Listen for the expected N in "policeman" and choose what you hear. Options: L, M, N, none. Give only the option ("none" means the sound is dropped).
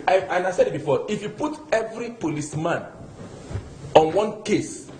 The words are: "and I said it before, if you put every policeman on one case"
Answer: N